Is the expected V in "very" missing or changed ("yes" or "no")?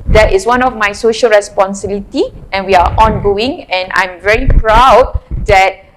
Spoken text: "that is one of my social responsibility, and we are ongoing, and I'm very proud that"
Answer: no